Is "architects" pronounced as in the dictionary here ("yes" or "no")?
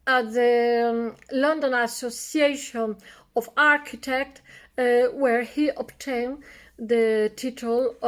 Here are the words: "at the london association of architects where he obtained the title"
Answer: no